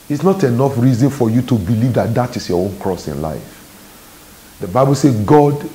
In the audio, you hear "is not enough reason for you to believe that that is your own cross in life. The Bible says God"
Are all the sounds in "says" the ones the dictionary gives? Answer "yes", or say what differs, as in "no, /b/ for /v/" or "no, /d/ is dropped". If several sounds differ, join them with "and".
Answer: no, /z/ is dropped